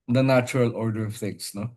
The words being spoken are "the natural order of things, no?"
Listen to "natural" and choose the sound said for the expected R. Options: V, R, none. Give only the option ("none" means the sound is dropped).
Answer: R